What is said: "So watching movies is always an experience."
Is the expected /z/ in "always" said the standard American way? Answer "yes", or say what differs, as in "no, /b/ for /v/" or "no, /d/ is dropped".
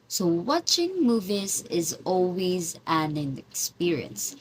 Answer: yes